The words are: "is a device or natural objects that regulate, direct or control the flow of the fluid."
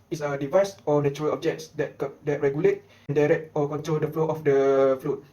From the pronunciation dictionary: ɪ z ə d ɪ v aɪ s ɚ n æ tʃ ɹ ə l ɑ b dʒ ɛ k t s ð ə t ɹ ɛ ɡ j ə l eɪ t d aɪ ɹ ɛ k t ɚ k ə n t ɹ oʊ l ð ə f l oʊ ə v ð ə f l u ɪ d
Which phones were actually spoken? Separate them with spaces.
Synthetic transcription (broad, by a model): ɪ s ə d ɪ v aɪ s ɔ n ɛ tʃ ɹ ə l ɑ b dʒ ɛ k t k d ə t ɹ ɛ ɡ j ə l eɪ t d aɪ ɹ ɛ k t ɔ k ə n t ɹ oʊ l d ə f l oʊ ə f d ə f l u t